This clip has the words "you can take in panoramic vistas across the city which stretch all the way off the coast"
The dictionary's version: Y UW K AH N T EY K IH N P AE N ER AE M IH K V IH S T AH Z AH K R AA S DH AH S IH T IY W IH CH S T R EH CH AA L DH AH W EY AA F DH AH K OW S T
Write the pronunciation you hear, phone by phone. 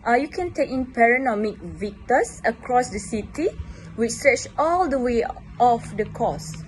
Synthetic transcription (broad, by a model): Y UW K AH N T EY K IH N P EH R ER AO M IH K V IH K T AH S AH K R AA S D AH S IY T IY W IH CH S T R EH CH AA L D AH W EY AA F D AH K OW S